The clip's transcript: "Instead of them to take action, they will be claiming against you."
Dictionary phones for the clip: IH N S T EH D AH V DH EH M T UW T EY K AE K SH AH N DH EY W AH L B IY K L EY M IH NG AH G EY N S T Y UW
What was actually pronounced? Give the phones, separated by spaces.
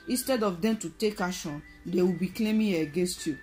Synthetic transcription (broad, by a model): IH N S T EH D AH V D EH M T UW T EY K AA SH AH N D EY W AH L B IY K L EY M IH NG AH G EY N S T Y UW